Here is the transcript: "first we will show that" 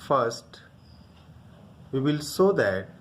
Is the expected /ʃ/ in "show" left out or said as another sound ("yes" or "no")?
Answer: yes